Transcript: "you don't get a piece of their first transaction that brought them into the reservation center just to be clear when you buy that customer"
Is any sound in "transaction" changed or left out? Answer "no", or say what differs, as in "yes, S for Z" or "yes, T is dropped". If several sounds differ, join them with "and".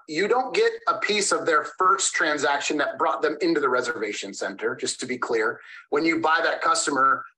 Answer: no